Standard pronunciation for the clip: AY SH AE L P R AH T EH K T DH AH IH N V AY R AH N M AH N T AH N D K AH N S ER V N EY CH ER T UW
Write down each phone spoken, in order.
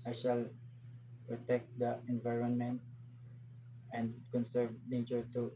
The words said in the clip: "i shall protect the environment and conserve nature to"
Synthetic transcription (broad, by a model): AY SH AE L P R AH T EH K T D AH IH N V AY R AH N M AH N T AH N D K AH N S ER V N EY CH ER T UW